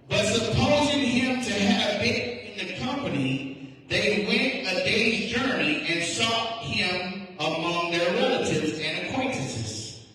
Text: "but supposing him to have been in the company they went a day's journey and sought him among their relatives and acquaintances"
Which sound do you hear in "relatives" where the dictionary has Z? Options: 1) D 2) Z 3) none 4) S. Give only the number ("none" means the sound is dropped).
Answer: 2